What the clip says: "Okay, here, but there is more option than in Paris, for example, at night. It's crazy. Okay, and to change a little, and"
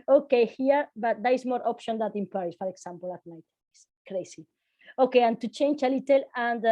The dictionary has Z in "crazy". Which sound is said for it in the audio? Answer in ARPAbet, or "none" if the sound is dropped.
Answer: S